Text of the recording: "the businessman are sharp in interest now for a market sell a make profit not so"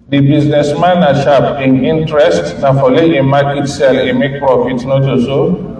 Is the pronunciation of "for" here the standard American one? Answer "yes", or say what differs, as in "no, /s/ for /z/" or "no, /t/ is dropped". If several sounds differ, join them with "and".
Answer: no, /l/ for /ɹ/